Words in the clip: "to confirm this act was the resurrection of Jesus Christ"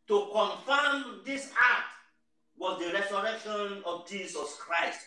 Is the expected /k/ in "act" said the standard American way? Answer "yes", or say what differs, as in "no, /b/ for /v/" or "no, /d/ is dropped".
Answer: no, /k/ is dropped